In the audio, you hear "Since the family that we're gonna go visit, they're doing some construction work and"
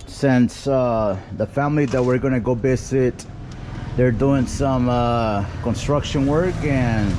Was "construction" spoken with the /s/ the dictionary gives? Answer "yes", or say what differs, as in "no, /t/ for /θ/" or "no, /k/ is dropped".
yes